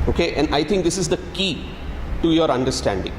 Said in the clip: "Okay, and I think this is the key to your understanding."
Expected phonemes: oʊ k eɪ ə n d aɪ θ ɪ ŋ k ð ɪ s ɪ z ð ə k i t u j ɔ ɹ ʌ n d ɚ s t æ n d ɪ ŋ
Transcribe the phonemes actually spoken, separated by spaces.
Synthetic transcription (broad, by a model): oʊ k eɪ ə n d aɪ t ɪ ŋ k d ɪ s ɪ z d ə k i t u j ɔ ɹ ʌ n d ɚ s t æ n d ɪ ŋ